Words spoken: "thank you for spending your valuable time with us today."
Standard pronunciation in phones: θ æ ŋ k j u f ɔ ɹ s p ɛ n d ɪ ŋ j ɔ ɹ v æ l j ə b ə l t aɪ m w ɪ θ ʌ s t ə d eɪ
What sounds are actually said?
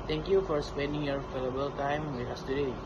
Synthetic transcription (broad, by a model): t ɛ ŋ k j u f ɔ ɹ s p ɛ n d ɪ ŋ j ɔ ɹ f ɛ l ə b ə l t aɪ m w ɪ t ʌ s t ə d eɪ